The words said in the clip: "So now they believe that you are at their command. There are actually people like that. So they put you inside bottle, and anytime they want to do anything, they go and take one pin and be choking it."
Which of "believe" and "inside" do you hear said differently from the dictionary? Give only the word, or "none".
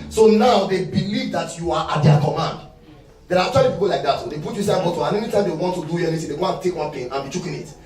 inside